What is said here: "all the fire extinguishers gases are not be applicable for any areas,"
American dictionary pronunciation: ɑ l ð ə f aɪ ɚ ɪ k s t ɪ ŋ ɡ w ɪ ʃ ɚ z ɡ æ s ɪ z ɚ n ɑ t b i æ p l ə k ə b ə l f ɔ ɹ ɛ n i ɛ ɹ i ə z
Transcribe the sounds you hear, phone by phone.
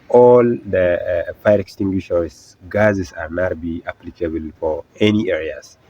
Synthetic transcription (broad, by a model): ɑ l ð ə f aɪ ɚ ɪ k s t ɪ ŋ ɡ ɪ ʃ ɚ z ɡ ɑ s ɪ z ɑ n ɑ t b i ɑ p l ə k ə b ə l f ɔ ɹ ɛ n i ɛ ɹ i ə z